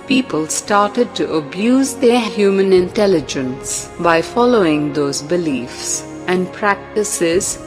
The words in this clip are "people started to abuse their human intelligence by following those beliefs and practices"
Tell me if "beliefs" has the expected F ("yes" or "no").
yes